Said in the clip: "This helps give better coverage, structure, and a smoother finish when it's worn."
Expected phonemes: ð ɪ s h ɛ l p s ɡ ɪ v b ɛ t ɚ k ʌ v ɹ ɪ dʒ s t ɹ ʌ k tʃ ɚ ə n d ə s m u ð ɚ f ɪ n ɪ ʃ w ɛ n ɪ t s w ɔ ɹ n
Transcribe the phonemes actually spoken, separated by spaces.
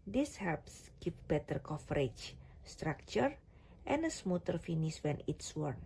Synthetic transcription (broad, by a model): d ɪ s h ɛ l p s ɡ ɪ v b ɛ t ɚ k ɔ f ɹ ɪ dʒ s t ɹ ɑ k tʃ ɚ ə n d ə s m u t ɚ f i n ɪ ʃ w ɛ n ɪ t s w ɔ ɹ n